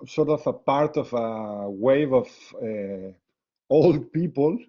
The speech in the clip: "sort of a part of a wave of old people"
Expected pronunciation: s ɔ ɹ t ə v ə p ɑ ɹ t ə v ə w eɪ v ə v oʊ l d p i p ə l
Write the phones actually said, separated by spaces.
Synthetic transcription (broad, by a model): s ɔ ɹ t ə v ə p ɑ ɹ t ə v ə w eɪ v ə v oʊ l d p i p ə l